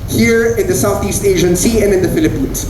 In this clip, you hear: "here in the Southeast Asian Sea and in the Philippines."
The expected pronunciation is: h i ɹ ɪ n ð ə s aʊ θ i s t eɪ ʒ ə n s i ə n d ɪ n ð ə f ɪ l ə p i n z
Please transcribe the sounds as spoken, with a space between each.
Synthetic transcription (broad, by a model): h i ɹ ɪ n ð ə s aʊ θ i s t eɪ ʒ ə n s i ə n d ɪ n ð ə f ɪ l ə p i n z